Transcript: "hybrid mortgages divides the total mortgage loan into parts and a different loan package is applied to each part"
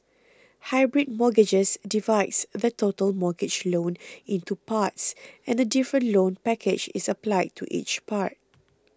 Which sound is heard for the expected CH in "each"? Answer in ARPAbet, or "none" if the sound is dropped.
CH